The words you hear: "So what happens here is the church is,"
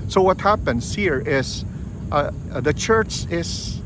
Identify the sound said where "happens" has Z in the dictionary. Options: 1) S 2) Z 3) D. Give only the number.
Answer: 1